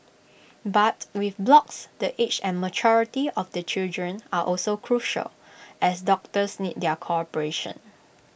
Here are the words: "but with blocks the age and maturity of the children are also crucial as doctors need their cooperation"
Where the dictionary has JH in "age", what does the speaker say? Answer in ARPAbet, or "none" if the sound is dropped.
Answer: CH